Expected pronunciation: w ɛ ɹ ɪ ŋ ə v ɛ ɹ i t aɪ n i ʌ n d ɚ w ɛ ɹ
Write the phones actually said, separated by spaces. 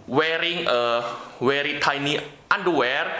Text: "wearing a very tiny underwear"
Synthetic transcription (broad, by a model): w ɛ ɹ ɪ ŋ ə w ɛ ɹ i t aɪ n i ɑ n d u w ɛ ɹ